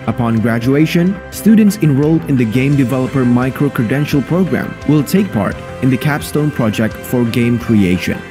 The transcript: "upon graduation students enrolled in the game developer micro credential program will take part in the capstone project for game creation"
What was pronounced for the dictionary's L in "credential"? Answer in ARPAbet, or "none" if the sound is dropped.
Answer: L